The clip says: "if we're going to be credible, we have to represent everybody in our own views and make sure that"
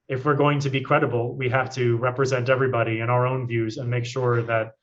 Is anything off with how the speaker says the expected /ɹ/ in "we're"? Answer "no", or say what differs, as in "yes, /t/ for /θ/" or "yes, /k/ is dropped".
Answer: no